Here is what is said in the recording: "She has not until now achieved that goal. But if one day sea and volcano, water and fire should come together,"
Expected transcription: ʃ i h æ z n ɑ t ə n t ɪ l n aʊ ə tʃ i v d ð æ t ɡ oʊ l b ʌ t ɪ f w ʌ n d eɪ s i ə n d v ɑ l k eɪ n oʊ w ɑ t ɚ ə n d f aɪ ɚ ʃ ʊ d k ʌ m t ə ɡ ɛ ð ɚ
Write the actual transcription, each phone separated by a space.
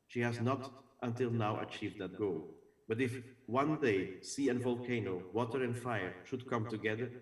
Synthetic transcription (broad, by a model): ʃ i h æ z n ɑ t ə n t ɪ l n aʊ ə tʃ i v d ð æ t ɡ oʊ l b ʌ t ɪ f w ʌ n d eɪ s i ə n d v ɑ l k eɪ n oʊ w ɑ t ɚ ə n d f aɪ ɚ ʃ ʊ d k ʌ m t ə ɡ ɛ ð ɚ